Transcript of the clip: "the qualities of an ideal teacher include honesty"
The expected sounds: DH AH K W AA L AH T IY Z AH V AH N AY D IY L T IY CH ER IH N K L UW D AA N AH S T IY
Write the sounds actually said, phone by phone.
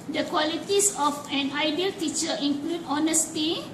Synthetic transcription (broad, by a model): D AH K W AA L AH T IY S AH F AH N AY D IY L T IY CH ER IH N K L UW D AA N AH S T IY